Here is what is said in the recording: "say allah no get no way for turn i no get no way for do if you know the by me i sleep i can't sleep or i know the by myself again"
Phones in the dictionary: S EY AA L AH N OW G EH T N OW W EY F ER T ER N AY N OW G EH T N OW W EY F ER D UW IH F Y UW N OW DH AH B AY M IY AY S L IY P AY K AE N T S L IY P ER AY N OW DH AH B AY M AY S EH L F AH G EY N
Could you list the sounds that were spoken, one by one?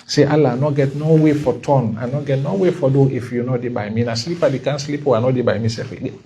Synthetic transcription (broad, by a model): S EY AA L AH N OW G EH T N OW W EY F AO T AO N AY N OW G EH T N OW W EY F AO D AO IH F Y UW N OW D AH B AY M IY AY S L IY P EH K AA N S L IY P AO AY N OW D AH B AY M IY S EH F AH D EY